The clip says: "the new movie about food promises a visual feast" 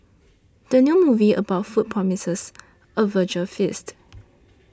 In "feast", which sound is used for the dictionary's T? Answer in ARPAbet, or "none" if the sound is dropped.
T